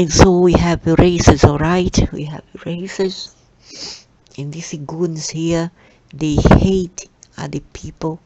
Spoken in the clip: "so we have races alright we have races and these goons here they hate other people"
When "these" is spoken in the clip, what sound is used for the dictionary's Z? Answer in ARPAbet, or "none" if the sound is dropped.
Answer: none